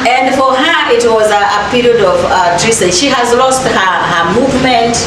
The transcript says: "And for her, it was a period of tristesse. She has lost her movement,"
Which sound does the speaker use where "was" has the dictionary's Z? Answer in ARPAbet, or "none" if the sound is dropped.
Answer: Z